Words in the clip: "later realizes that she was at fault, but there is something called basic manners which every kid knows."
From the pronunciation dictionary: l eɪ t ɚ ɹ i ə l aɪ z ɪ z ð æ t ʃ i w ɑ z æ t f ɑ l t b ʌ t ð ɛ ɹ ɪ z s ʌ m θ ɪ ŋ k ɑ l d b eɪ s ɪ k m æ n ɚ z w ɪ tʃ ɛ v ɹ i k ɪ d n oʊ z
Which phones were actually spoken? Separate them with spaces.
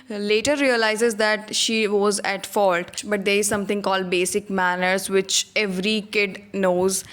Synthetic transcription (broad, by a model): l eɪ t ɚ ɹ i ə l aɪ z ɪ z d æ t ʃ i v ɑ z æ t f ɑ l t b ʌ t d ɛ ɹ ɪ z s ʌ m t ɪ ŋ k ɑ l d b eɪ s ɪ k m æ n ɚ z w ɪ tʃ ɛ v ɹ i k ɪ d n oʊ z